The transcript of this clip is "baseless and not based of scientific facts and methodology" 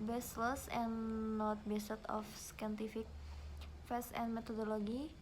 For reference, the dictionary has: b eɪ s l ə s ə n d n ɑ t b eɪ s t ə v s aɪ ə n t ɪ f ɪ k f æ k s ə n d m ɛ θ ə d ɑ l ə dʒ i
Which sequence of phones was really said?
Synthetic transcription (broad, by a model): b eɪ s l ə s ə n n ɑ t b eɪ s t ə f s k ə n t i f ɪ k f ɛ s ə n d m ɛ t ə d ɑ l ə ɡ i